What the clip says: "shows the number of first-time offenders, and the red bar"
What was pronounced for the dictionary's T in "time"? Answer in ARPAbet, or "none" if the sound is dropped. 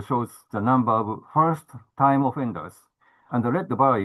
T